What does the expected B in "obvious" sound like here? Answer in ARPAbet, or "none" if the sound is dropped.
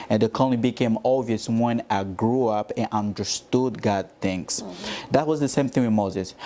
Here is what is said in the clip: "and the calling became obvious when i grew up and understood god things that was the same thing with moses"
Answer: none